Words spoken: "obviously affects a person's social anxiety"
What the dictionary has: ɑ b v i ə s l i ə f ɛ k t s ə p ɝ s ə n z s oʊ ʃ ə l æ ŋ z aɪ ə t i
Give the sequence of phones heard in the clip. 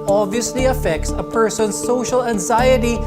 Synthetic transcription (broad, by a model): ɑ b v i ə s l i ə f ɛ k t s ə p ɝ s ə n s oʊ ʃ ə l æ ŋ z aɪ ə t i